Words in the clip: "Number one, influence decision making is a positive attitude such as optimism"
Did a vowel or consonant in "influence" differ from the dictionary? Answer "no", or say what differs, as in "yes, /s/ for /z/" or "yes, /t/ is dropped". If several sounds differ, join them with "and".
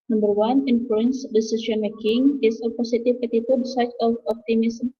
no